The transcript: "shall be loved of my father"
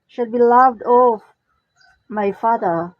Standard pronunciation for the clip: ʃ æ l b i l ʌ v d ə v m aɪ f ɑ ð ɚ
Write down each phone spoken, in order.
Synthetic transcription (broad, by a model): ʃ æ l b i l ʌ v d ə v m aɪ f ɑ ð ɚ